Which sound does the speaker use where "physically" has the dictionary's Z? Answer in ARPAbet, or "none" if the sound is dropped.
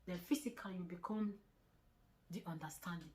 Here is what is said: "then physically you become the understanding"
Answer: S